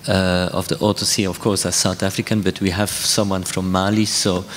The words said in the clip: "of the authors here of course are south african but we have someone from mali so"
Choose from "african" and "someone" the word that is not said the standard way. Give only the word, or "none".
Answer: none